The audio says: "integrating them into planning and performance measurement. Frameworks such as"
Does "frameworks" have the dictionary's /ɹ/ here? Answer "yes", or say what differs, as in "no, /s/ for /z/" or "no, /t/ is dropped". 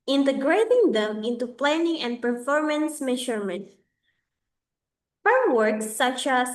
no, /ɹ/ is dropped